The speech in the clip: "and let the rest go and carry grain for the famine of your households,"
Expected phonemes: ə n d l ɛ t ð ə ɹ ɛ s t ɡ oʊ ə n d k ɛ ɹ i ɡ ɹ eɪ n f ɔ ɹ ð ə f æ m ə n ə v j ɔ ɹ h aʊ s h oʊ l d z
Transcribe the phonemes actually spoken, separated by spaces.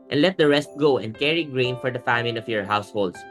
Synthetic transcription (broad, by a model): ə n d l ɛ t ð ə ɹ ɛ s t ɡ oʊ ə n d k ɛ ɹ i ɡ ɹ eɪ n f ɔ ɹ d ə f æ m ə l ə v j ɔ ɹ h aʊ s h oʊ l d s